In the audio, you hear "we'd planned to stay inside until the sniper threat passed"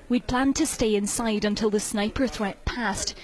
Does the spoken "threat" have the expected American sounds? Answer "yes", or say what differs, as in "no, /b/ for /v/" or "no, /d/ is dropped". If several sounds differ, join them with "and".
yes